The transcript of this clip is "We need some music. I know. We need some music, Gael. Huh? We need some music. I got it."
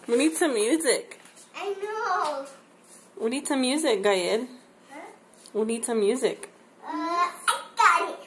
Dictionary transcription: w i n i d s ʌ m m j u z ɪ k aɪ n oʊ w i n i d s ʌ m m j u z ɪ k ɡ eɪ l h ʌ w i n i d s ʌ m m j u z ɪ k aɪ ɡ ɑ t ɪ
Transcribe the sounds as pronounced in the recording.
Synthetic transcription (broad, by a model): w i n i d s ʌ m m j u z ɪ k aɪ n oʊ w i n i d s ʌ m m j u z ɪ k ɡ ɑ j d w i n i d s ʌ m m j u z ɪ k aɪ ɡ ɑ ɪ